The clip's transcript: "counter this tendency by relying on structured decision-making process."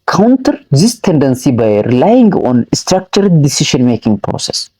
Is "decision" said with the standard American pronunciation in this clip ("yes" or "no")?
no